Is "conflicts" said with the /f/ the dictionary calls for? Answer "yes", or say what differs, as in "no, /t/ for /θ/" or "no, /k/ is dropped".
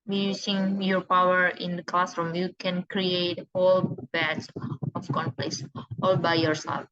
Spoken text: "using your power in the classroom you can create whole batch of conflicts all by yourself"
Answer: no, /p/ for /f/